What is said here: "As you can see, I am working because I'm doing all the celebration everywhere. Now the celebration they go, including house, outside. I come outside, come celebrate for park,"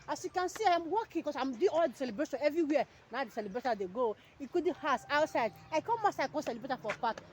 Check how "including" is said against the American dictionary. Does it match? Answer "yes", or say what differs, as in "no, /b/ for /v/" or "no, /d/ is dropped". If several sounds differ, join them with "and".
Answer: no, /n/ is dropped and /l/ is dropped